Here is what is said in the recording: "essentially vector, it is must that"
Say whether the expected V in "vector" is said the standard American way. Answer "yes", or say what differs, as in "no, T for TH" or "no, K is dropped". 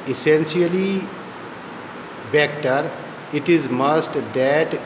no, B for V